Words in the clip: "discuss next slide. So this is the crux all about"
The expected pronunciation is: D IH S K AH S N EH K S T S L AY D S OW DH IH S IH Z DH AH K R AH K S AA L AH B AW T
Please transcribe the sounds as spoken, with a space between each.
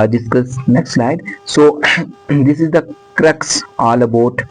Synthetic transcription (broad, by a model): D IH S K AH S N EH K S T S L AY D S OW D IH S IH Z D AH K R AH K S AA L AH B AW T